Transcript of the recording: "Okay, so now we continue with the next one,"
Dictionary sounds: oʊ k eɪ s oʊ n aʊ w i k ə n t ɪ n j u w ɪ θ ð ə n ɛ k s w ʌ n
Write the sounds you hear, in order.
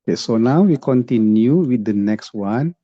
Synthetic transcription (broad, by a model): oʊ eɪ s oʊ n aʊ w i k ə n t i n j u w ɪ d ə n ɛ k s w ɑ n